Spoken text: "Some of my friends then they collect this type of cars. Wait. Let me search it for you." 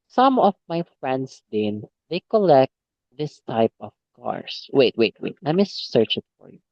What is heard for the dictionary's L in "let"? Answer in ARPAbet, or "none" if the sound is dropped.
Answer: W